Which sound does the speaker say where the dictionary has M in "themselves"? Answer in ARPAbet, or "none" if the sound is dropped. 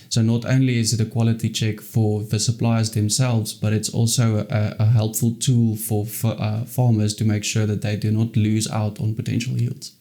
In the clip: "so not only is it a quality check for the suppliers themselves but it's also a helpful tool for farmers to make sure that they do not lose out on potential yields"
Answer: M